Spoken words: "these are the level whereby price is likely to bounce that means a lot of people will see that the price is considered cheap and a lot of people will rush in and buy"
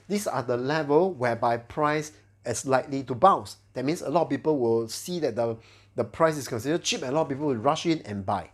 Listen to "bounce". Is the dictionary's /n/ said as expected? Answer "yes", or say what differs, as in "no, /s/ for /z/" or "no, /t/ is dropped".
no, /n/ is dropped